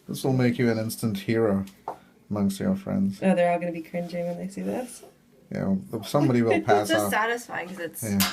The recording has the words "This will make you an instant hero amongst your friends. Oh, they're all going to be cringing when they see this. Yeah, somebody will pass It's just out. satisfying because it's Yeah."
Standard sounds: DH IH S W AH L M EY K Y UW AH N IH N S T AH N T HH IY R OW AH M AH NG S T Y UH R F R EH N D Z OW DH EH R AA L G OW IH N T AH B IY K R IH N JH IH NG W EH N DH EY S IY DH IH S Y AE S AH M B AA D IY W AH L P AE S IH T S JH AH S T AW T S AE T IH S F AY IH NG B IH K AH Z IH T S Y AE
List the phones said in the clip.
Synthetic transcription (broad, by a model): DH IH S W AH L M EY K Y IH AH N IH N S T AH N T HH IY R OW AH M AH NG S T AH R F R EH N D Z OW DH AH R AA L G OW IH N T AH B IY K R IH N JH IH NG W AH N DH EY S IY DH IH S Y AE S AH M B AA D IY W AH L P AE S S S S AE T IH S F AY IH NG K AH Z IH T S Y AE